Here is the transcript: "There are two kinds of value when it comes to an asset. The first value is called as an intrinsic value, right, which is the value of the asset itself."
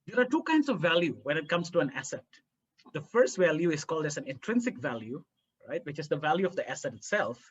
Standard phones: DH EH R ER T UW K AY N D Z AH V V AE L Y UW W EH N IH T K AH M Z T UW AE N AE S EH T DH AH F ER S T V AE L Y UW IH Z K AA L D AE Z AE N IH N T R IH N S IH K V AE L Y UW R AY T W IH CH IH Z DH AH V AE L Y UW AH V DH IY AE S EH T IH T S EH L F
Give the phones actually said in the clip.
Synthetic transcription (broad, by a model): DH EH R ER T UW K AY N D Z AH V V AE L Y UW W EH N IH T K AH M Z T UW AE N AE S EH T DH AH F ER S T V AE L Y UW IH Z K AA L D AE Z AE N IH N T R IH N S IH K V AE L Y UW R AY T W IH CH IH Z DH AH V AE L Y UW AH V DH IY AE S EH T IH T S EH L F